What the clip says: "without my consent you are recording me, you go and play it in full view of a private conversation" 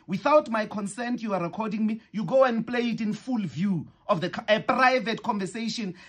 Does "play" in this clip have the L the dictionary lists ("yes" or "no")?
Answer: yes